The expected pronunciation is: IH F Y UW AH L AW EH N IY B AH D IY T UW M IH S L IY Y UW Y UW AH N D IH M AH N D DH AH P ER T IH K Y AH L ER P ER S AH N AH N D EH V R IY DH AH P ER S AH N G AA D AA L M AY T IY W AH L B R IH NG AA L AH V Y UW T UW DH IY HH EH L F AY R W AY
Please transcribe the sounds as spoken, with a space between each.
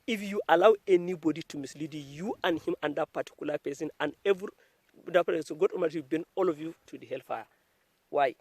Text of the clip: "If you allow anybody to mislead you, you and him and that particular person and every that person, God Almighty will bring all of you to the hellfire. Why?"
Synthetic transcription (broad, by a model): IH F Y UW AH L AW EH N IY B AH D IY T UW M IH S L IY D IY Y UW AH N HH IH M AH N D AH P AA T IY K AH L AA P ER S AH N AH N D EH V R IY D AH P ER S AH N G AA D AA M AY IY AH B EH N AA L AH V Y UW T UW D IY HH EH L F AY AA W AY